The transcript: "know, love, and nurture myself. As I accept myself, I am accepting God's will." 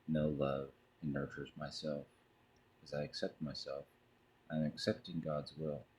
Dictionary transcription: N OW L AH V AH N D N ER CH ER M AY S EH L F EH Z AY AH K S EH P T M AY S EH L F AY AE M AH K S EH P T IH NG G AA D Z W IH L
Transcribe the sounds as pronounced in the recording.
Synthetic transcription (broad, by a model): N OW L AH V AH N N ER CH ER M AY S EH L F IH Z AY AH K S EH P T M AY S EH L F AY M AH K S EH P T IH NG G AA D Z W IH L